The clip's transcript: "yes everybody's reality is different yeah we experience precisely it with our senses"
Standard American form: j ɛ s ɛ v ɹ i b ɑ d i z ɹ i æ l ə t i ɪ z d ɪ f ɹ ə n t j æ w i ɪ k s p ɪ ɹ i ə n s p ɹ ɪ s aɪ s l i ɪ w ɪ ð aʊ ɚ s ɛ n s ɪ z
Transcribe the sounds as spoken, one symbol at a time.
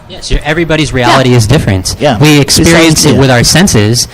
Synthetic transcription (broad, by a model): j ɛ s ɛ v ɹ i b ɑ d i z ɹ i æ l ə t i ɪ z d ɪ f ɹ ə n t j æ w i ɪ k s p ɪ ɹ i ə n s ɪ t w ɪ ð aʊ ɚ s ɛ n s ɪ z